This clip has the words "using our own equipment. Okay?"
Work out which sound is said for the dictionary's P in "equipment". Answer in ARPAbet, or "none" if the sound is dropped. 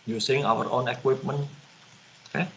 P